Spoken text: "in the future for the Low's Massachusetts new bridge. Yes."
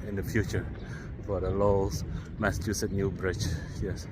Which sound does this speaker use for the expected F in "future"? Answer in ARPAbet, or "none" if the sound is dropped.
F